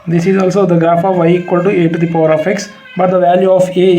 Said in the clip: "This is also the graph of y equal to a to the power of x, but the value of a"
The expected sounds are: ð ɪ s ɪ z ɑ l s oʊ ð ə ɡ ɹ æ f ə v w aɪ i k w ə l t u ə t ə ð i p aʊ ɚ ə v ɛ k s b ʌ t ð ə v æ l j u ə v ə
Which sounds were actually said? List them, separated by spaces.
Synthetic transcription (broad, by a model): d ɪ s ɪ z ɑ l s oʊ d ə ɡ ɹ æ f ə v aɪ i k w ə l t u ə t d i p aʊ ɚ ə f ɛ k s b ʌ t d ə v æ l j u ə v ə